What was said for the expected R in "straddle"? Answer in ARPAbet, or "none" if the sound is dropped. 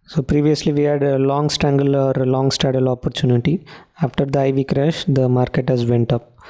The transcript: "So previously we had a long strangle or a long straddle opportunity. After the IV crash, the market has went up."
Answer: none